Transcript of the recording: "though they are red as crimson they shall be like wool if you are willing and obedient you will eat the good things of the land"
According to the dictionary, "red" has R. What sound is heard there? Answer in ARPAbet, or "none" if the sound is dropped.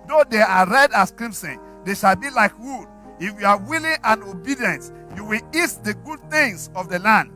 R